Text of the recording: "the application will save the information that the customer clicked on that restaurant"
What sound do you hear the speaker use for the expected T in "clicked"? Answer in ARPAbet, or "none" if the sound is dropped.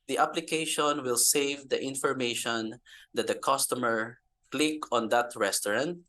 none